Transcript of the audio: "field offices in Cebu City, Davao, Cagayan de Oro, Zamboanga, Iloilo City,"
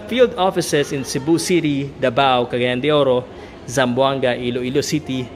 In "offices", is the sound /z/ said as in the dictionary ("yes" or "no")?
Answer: no